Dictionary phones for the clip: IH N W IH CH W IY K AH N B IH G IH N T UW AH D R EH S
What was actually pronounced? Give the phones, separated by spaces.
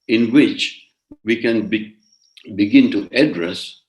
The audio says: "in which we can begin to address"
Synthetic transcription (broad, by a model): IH N W IH CH W IY K AH N B IH G IH N T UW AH D R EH S